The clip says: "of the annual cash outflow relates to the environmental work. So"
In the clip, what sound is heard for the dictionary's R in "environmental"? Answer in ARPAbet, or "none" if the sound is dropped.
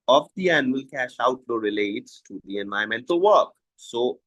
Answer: none